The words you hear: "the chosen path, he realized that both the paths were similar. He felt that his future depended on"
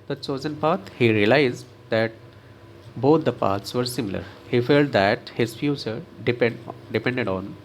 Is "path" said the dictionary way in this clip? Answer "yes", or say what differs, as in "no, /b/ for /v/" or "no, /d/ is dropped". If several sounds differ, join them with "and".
no, /t/ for /θ/